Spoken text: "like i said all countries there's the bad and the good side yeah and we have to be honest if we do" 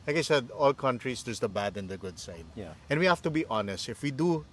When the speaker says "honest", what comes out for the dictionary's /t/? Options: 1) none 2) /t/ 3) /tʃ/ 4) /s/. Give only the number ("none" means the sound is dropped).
2